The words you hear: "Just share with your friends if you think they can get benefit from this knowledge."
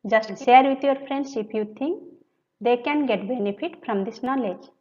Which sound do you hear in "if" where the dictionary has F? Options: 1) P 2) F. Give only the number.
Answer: 1